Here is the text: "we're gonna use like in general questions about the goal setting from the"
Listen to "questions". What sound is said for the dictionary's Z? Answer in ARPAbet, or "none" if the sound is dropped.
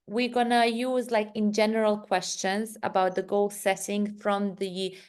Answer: Z